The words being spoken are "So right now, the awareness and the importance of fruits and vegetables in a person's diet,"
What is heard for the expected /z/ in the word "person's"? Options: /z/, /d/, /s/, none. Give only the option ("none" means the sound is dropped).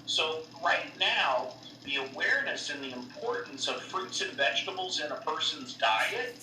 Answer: /z/